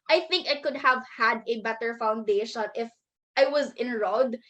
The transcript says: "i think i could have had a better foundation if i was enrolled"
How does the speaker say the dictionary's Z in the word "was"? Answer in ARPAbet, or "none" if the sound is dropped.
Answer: Z